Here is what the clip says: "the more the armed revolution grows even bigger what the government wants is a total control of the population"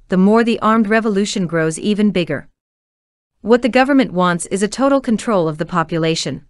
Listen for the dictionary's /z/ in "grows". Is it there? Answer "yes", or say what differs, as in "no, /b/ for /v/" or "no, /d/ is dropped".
yes